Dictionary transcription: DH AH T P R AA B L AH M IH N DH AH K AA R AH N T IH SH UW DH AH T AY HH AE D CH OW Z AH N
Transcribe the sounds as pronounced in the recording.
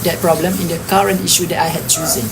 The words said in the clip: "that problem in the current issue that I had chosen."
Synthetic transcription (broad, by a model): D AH T P R AA B L AH M IH N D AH K AA R AH N T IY SH UW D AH T AY HH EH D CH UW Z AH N